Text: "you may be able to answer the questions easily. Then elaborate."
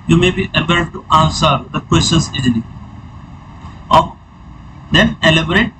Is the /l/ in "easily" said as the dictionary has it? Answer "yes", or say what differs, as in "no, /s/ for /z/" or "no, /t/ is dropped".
no, /l/ is dropped